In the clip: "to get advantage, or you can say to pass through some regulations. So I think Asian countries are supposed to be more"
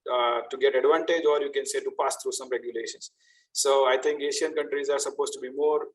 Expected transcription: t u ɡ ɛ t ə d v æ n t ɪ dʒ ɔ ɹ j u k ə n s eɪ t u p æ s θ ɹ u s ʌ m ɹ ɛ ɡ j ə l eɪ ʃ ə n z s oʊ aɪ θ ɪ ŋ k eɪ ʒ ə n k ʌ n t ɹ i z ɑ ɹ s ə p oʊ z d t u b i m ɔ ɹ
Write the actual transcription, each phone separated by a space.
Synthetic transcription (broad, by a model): t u ɡ ɛ t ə d v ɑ n t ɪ dʒ ɔ ɹ j u k ə n s eɪ t u p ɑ s t ɹ u s ʌ m ɹ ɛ ɡ j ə l eɪ ʃ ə n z s oʊ aɪ t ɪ ŋ k eɪ ʃ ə n k ʌ n t ɹ i z ɑ ɹ s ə p oʊ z t u b i m ɔ ɹ